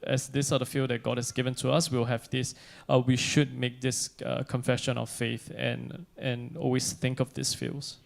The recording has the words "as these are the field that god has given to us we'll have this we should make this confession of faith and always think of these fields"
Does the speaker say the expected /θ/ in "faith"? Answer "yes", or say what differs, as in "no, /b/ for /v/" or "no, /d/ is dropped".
yes